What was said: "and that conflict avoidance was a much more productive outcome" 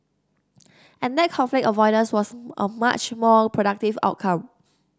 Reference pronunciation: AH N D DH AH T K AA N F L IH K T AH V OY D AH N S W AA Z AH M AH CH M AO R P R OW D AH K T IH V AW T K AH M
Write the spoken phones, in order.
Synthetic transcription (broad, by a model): AH N D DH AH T K AA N F L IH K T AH V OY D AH S W AA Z AH M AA CH M AO P R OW D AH K T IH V AW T K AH M